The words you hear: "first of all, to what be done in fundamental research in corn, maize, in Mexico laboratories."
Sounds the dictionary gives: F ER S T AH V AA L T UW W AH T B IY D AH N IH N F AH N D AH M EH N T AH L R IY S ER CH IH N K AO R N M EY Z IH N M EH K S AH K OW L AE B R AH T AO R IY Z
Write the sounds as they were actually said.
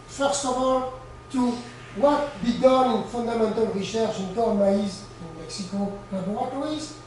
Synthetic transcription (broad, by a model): F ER S T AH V AA L T UW W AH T B IY D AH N IH N F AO N D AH M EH N T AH L R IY SH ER SH IH N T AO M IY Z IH M EH K S AH K OW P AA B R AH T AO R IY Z